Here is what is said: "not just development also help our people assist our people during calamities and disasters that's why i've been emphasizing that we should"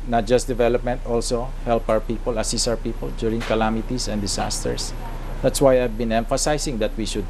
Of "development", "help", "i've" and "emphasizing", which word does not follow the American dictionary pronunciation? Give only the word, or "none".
emphasizing